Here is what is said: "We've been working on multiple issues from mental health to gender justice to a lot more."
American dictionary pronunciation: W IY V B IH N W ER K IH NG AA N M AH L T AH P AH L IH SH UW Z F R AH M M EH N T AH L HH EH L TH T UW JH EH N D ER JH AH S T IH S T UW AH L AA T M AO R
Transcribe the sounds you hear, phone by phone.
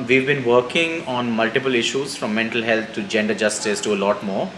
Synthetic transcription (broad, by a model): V IY V B IH N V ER K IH NG AA N M AH L T AH P AH L IH SH UW Z F R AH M M EH N T AH L HH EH L T T UW JH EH N D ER JH AH S T IH S T UW AH L AA T M AO R